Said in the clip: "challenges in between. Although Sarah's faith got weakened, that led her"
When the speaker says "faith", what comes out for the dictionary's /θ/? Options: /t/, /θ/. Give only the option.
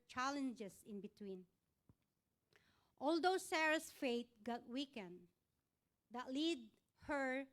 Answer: /t/